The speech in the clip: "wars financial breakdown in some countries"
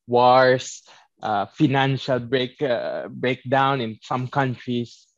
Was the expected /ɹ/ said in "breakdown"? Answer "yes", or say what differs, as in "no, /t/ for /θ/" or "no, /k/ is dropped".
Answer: yes